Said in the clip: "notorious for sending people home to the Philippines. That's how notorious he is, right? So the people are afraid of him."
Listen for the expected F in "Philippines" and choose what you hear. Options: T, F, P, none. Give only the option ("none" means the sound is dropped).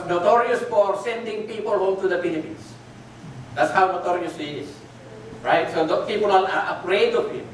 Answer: P